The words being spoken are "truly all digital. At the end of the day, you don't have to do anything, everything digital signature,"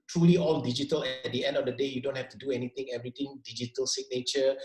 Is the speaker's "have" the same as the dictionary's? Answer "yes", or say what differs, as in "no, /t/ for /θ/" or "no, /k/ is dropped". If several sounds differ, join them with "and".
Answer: no, /f/ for /v/